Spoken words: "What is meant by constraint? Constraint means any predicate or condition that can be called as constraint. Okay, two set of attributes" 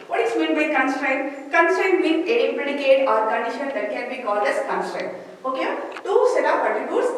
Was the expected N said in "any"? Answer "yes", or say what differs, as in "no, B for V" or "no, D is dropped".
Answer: no, N is dropped